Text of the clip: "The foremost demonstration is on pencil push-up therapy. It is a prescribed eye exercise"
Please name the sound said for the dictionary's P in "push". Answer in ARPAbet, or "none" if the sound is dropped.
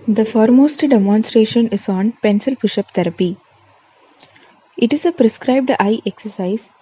B